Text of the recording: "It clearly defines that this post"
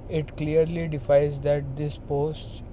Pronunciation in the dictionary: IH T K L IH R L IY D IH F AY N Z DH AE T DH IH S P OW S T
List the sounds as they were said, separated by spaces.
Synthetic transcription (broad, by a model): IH T K L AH R L IY D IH F AY Z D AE T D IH S P OW S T